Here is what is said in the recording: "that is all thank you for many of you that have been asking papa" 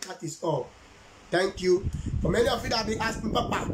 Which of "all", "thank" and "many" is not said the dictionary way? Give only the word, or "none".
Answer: thank